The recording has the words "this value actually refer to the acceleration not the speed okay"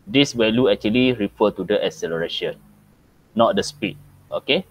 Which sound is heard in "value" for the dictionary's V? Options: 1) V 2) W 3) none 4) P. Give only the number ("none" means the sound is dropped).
2